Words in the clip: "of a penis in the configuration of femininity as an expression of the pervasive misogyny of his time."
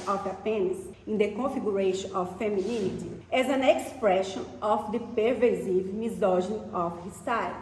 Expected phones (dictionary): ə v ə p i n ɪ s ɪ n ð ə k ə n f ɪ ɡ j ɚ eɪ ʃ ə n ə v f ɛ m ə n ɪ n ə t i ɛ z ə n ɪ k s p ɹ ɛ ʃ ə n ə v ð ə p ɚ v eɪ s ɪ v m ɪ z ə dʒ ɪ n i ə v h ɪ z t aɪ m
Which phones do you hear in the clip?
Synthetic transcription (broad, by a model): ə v ə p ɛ n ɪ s ɪ n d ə k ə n f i ɡ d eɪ ʃ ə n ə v f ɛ m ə n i n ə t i ɛ z ə n ɪ k s p ɹ ɛ ʃ ə n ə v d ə p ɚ v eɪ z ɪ v m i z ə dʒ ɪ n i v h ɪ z t aɪ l